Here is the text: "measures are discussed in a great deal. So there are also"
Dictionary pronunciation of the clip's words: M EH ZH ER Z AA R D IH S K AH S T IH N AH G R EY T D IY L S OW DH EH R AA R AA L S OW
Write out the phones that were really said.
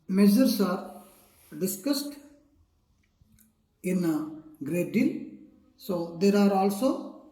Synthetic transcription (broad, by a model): M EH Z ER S AA R D IH S K AH S T IH N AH G R EY T D IY L S OW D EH R AA R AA L S OW